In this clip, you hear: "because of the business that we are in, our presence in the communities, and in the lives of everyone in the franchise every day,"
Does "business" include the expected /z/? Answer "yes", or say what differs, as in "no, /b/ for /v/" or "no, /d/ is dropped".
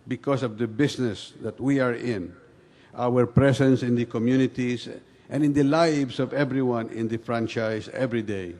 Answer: no, /s/ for /z/